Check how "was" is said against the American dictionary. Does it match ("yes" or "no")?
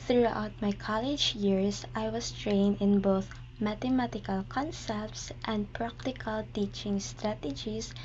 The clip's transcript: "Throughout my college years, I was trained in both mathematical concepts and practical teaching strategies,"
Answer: no